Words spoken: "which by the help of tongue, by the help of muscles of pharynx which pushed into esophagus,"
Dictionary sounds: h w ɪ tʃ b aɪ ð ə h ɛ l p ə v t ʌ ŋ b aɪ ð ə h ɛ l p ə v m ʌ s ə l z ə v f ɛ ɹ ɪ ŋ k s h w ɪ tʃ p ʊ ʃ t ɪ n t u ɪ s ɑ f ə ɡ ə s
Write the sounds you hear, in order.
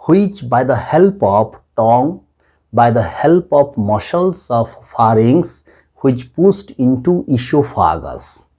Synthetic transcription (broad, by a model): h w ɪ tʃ b aɪ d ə h ɛ l p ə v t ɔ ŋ b aɪ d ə h ɛ l p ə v m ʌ ʃ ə l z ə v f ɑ ɹ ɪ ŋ s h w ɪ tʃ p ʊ s t ɪ n t u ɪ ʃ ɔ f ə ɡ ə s